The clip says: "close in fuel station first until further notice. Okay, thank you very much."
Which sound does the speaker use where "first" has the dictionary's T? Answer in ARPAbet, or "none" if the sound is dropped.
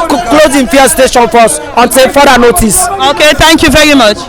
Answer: none